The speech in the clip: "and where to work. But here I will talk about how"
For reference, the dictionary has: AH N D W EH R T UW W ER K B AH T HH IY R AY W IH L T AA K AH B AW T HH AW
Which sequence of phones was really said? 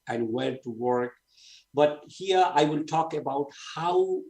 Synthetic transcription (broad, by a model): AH N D W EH L T UW W ER K B AH T HH IY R AY W IH L T AA K AH B AW T HH AW